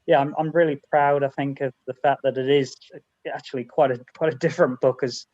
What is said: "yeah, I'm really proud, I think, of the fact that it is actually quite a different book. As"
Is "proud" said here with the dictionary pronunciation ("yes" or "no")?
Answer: yes